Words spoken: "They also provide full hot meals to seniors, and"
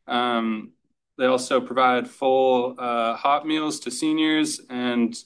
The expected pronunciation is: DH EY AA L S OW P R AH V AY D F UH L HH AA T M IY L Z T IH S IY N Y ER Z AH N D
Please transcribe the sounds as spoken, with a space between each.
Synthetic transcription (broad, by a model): DH EY AA L S OW P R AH V AY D F UH L HH AA T M IY L Z T IH S IY N Y ER Z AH N